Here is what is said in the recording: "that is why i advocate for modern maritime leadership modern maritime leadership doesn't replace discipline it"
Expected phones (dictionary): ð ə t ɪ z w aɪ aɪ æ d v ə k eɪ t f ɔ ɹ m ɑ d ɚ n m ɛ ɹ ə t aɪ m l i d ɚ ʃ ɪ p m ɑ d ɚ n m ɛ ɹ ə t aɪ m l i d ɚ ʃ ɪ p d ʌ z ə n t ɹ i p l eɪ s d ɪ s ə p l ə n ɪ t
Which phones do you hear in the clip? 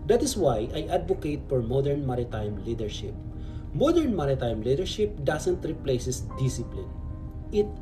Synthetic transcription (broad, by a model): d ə t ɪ s w aɪ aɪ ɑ d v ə k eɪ t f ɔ ɹ m ɑ d ɚ n m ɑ ɹ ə t aɪ m l i d ɚ ʃ ɪ p m ɑ d ɚ n m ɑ ɹ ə t aɪ m l i d ɚ ʃ ɪ p d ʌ s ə n t ɹ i p l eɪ s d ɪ s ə p l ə n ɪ t